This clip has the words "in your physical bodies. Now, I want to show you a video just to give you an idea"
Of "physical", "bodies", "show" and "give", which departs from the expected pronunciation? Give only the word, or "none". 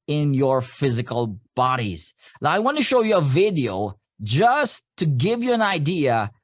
none